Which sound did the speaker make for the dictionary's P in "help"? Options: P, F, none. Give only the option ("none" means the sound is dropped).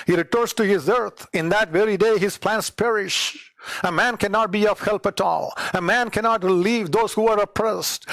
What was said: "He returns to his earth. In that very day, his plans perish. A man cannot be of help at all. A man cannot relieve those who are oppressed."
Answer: P